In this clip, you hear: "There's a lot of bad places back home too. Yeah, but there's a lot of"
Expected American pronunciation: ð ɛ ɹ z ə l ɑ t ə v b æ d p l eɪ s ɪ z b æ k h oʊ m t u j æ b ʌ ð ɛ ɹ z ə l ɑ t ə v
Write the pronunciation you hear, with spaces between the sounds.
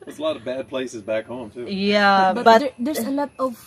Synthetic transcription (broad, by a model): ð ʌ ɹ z ə l ɑ t ə v b æ d p l eɪ s ɪ z b æ k h oʊ m t u j æ b ʌ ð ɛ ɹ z ə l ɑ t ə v